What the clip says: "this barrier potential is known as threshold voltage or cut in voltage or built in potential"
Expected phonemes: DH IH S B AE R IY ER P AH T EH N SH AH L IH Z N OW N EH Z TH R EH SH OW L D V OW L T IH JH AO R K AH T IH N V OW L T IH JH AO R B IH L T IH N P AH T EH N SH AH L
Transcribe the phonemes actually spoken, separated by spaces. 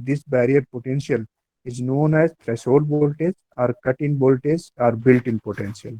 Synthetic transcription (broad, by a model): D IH S B AE R IY ER P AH T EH N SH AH L IH Z N OW N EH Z T R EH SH OW D B OW L T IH Z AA R K AH T IH N B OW L T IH Z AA R B IH L T IH N P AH T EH N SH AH L